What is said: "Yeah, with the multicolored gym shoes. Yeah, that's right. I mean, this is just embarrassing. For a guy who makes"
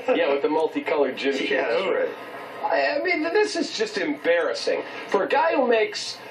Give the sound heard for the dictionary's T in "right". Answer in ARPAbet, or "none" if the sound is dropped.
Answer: none